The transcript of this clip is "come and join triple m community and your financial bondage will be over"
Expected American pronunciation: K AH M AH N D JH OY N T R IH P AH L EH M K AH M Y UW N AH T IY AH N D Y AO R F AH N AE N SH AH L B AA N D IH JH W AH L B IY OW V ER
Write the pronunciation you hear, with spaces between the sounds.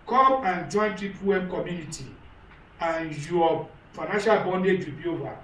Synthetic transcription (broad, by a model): K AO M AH N JH OY N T IY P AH W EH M K AH M Y UW N AH T IY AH N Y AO F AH N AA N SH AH L B AA N D IH JH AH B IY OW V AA